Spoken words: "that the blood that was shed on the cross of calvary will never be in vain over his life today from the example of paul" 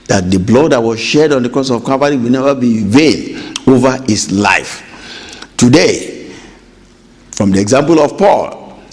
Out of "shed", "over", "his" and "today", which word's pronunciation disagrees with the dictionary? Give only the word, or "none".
his